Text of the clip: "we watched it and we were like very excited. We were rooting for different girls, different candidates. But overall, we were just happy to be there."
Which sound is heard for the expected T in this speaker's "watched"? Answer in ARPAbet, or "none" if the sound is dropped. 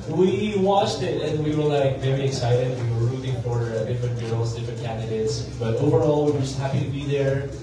T